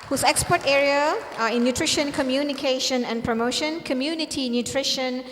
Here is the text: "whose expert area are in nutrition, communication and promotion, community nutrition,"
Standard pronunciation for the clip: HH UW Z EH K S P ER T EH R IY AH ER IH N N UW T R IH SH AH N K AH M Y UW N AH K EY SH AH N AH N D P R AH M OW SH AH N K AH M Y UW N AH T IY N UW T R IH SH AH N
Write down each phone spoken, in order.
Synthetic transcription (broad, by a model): HH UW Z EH K S P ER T EH R IY AH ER IH N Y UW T R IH SH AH N K AH M Y UW N AH K EY SH AH N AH N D P R AH M OW SH AH N K AH M Y UW N AH T IY N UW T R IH SH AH N